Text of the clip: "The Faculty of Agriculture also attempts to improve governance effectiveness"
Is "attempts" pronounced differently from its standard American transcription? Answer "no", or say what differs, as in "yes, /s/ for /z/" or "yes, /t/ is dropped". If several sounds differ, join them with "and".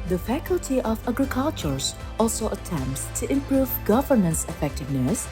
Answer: no